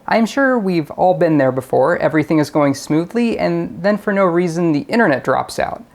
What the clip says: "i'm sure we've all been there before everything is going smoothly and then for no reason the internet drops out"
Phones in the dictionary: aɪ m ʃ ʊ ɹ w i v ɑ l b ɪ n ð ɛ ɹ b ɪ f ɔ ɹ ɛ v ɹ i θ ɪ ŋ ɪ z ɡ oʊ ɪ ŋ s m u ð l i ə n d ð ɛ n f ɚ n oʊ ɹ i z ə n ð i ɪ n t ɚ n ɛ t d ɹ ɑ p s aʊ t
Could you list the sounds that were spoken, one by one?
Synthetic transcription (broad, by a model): aɪ m ʃ ʊ ɹ w i v ɑ l b ɪ n ð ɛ ɹ b ɪ f ɔ ɹ ɛ v ɹ i θ ɪ ŋ ɪ z ɡ oʊ ɪ ŋ s m u ð l i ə n ð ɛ n f ɚ n oʊ ɹ i z ə n ð i ɪ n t ɚ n ɛ t d ɹ ɑ p s aʊ t